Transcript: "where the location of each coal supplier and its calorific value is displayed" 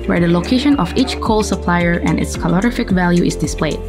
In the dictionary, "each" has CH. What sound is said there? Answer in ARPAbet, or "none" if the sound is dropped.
CH